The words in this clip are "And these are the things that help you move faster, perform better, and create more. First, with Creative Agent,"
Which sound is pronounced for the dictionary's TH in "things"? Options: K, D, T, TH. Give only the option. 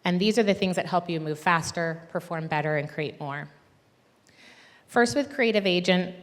TH